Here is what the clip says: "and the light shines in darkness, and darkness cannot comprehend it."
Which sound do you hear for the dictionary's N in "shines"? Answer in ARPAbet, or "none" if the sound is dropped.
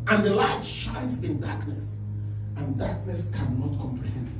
none